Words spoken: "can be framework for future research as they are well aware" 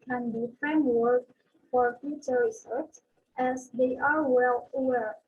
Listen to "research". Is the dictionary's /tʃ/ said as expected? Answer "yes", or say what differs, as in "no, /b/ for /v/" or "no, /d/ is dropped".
no, /s/ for /tʃ/